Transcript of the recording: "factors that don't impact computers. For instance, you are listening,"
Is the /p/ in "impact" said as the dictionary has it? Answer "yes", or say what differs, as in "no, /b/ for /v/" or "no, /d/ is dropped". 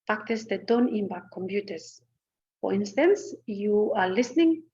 no, /b/ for /p/